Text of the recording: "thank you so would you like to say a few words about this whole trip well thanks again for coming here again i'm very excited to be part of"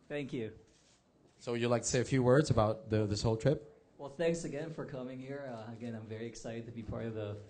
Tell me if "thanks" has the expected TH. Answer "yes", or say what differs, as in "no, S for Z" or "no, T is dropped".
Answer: yes